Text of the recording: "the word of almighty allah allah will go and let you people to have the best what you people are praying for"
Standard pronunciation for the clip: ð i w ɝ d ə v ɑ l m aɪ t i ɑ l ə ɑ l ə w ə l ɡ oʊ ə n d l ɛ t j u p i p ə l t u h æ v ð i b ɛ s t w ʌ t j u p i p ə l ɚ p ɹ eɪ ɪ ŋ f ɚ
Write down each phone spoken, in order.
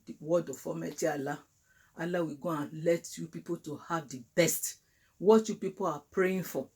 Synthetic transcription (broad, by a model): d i w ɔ d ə f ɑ m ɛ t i ɑ l ə ɑ l ə w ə ɡ oʊ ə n l ɛ t j u p i p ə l t u h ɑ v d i b ɛ s t w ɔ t j u p i p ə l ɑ p ɹ eɪ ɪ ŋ f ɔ